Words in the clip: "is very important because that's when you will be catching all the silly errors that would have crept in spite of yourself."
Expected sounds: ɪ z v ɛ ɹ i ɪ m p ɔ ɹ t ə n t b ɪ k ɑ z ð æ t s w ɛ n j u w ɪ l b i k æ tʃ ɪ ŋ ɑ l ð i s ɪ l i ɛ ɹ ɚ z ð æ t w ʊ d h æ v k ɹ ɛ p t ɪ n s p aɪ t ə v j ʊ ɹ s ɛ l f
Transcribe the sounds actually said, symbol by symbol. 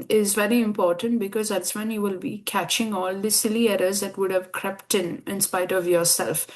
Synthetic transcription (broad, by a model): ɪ z v ɛ ɹ i ɪ m p ɔ ɹ t ə n t b ɪ k ɑ z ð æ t s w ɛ n j u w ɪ l b i k æ tʃ ɪ ŋ ɑ l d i s ɪ l i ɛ ɹ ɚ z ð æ t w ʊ d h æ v k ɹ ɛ p t ɪ n s p aɪ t ə v j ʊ ɹ s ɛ l f